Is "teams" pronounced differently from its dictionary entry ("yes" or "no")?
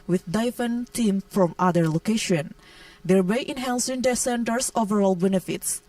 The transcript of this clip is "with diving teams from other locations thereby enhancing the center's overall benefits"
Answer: yes